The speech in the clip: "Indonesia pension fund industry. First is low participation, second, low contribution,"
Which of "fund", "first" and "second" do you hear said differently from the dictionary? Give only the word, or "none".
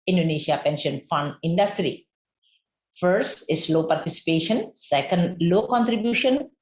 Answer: none